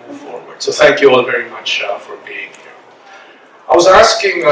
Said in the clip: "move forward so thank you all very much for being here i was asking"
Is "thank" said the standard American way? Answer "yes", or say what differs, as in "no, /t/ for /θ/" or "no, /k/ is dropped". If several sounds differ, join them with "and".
yes